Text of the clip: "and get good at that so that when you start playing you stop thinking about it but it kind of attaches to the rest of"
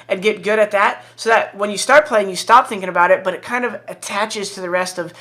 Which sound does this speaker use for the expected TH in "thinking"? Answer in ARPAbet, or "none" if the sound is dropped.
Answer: TH